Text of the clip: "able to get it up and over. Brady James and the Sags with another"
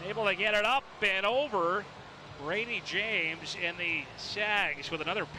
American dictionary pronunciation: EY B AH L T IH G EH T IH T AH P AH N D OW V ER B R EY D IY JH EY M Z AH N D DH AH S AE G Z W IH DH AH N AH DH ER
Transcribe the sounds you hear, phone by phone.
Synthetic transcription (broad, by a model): EY B L T IH G EH T IH T AH P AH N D OW V ER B R EY D IY JH EY M Z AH N DH AH S AE G Z W IH DH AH N AH DH ER